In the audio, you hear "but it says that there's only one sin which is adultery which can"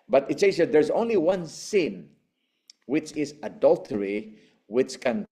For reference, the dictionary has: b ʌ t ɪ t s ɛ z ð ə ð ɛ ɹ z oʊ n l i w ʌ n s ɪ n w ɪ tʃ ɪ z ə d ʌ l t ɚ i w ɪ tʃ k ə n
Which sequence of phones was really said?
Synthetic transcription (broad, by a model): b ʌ t ɪ t s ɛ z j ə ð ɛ ɹ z oʊ n l i w ʌ n s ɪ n w ɪ tʃ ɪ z ə d ʌ l t ɚ i w ɪ tʃ k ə n